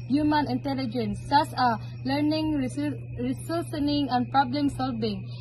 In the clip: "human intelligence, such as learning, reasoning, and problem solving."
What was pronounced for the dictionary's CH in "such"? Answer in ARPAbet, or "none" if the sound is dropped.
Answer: S